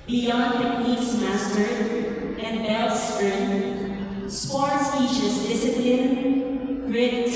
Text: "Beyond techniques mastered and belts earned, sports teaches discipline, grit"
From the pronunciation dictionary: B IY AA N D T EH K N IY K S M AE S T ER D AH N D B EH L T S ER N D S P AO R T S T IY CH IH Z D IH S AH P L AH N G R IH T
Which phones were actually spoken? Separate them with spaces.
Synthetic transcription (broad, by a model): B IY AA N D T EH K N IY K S M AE S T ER AH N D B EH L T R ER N S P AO R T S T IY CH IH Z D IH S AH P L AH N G R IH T